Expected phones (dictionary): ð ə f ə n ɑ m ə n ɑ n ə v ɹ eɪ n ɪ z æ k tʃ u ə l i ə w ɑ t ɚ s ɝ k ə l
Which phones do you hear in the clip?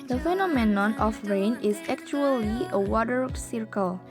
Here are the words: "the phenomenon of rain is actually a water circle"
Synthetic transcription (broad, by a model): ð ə f ə n ɑ m ə n ɑ n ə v ɹ eɪ n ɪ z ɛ k tʃ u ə l i ə w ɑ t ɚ s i k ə l